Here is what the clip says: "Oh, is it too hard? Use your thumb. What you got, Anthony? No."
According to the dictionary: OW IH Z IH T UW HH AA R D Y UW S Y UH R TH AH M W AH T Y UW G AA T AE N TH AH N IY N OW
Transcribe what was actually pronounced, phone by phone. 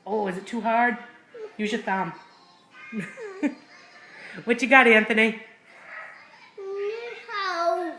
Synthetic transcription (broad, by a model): OW IH Z IH T UW HH AA R D Y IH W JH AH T TH AH M W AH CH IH G AA T AE N TH AH N IY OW